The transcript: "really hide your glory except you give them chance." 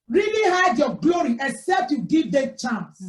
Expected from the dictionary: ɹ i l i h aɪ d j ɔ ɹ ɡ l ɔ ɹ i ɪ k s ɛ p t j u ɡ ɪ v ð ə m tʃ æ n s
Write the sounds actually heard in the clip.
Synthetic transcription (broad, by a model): ɹ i l i h aɪ d j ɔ ɡ l ɔ ɹ i ɪ k s ɛ p t j u ɡ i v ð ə tʃ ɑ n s